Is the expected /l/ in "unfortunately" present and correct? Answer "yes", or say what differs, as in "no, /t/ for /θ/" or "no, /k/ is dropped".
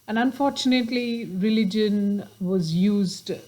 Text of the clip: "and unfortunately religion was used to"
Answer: yes